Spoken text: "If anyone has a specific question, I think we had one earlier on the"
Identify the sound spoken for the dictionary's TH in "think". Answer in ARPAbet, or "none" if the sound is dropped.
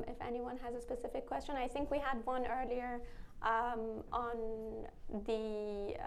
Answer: TH